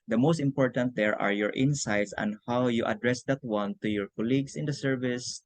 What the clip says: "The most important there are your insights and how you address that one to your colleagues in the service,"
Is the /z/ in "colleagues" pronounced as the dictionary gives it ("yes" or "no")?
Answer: no